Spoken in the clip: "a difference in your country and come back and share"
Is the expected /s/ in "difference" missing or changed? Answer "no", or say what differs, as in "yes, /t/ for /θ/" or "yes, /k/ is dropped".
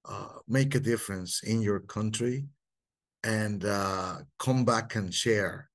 no